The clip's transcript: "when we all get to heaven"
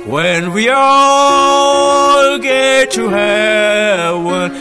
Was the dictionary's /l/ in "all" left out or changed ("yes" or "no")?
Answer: no